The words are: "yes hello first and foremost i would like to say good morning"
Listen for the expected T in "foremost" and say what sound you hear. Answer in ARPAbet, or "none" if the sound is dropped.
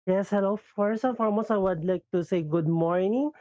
none